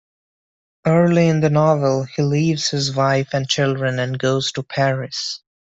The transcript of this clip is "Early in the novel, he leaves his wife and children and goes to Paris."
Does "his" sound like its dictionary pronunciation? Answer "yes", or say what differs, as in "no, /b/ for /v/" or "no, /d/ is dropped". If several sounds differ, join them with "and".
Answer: yes